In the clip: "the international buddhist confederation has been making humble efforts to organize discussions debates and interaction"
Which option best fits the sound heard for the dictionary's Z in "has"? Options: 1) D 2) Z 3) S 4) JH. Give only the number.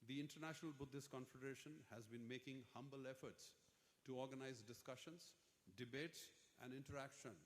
2